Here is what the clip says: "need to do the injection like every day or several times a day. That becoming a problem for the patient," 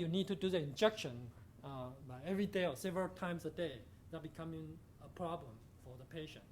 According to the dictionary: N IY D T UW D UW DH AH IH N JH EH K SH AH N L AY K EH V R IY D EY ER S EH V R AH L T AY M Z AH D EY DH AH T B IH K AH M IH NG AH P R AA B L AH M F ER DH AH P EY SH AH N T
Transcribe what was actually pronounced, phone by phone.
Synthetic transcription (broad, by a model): N IY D T UW D UW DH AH IH N JH EH K SH AH N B AY EH V R IY D EY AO S EH V R AH L T AY M S AH D EY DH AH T B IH K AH M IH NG AH P R AA B L AH M F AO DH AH P EY SH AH N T